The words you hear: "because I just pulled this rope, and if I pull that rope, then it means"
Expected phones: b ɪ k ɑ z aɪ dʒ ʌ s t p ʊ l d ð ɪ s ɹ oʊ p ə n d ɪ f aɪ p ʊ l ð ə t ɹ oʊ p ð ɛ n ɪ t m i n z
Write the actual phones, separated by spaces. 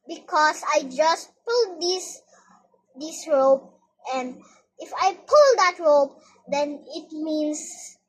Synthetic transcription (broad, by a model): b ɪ k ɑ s aɪ dʒ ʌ s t p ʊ l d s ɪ s ɹ oʊ p ə n d ɪ f aɪ p ʊ l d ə t ɹ oʊ p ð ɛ n ɪ t m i n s